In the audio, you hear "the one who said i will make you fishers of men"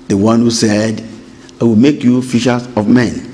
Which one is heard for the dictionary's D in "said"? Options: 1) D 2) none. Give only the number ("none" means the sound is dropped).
1